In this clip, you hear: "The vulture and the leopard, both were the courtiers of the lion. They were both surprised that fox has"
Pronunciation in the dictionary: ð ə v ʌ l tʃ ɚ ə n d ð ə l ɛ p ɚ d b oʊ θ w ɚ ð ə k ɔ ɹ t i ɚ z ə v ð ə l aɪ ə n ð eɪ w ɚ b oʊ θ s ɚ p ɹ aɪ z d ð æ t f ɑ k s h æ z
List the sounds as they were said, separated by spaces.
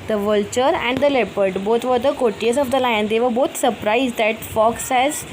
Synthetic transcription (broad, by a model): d ə v ʌ l tʃ ɚ ə n d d ə l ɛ p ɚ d b oʊ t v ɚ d ə k ɔ t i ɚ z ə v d ə l aɪ ə n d eɪ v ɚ b oʊ t s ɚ p ɹ aɪ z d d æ t f ɑ k s h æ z